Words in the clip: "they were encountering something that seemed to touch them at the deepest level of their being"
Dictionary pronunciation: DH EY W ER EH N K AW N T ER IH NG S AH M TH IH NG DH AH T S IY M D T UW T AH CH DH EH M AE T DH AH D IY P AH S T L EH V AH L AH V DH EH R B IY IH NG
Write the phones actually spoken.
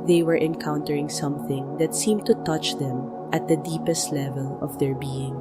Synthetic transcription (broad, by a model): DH EY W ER EH N K AW N T ER IH NG S AH M TH IH NG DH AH T S IY M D T UW T AH CH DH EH M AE T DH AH D IY P AH S T L EH V AH L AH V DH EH R B IY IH NG